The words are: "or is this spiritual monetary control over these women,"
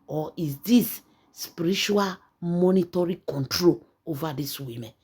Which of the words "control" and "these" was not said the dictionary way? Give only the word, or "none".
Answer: these